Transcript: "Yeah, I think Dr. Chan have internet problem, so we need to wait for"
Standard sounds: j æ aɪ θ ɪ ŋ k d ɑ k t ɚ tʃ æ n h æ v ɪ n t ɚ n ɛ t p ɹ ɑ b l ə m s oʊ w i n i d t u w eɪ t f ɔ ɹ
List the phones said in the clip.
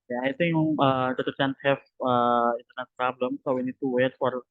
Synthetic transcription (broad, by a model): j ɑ aɪ t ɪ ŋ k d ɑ t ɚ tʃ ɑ n h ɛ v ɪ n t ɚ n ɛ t p ɹ ɑ b l ə m s oʊ w i n i d t u w eɪ t f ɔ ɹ